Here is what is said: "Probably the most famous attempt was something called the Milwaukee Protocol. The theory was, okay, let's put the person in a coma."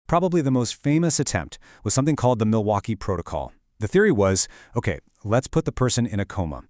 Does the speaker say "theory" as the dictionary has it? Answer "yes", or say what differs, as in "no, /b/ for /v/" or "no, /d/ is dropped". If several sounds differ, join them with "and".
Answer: yes